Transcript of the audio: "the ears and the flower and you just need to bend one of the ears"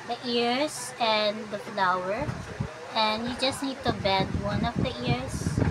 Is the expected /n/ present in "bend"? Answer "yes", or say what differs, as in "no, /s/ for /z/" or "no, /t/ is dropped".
no, /n/ is dropped